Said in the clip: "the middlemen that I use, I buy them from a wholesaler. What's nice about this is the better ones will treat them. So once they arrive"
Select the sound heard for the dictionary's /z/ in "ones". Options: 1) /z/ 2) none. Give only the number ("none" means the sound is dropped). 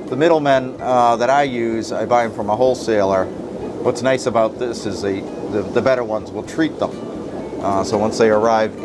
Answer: 1